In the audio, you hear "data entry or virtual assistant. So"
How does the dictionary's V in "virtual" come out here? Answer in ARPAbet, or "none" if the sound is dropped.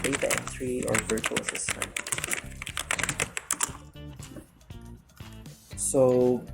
V